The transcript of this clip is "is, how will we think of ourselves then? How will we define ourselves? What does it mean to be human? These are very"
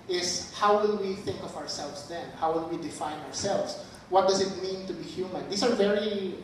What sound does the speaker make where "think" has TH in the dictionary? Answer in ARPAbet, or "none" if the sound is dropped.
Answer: TH